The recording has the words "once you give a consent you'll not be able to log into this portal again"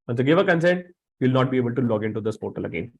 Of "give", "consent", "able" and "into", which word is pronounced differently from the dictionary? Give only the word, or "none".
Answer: none